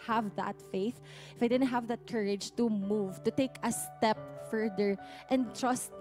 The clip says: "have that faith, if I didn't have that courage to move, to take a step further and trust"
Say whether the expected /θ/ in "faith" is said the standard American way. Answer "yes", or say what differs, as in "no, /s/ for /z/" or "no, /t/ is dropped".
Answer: yes